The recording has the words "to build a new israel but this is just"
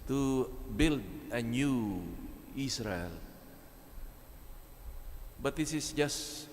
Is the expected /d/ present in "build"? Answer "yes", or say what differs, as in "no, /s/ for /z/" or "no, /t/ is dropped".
yes